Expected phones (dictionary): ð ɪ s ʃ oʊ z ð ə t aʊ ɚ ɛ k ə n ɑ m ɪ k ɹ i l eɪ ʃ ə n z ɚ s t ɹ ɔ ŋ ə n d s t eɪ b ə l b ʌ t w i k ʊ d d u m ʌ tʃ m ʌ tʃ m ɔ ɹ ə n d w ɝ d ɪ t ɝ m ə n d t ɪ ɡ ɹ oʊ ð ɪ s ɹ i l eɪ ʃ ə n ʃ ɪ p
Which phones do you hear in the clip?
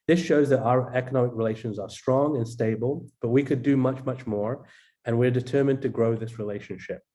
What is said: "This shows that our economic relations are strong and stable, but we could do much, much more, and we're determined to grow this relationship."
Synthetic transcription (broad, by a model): ð ɪ s ʃ oʊ z ð ə t aʊ ɚ ɛ k ə n ɑ m ɪ k ɹ i l eɪ ʃ ə n z ɚ s t ɹ ɔ ŋ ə n s t eɪ b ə l b ʌ t w i k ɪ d d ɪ m ʌ tʃ m ʌ tʃ m ɔ ɹ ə n w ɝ d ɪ t ɝ m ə n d t ɪ ɡ ɹ oʊ ð ɪ s ɹ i l eɪ ʃ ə n ʃ ɪ p